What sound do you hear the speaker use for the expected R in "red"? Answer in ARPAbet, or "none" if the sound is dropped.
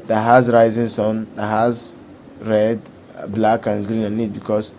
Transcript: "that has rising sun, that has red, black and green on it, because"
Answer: R